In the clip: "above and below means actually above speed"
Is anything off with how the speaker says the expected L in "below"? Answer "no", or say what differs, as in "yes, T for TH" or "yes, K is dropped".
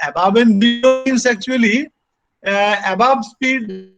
yes, L is dropped